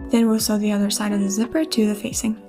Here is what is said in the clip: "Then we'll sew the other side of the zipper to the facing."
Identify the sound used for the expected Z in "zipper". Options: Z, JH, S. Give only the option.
Z